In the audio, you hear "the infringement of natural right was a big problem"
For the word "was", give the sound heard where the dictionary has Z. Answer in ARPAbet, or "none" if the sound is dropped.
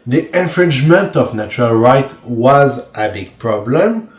Z